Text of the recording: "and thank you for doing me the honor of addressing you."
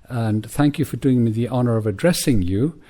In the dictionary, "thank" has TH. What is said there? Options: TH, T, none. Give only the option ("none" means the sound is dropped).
TH